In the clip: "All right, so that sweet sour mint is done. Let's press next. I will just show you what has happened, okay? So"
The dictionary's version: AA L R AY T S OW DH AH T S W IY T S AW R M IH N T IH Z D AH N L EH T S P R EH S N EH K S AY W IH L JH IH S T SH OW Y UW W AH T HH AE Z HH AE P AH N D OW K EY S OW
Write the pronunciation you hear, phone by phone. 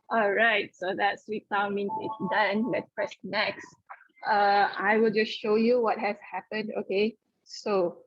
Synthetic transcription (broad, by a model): AA L R AY T S OW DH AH T S W IY T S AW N M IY N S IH S D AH N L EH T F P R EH S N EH K S AY W IH L JH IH S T SH OW Y UW W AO T HH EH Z HH AE P AH N D OW K EY S OW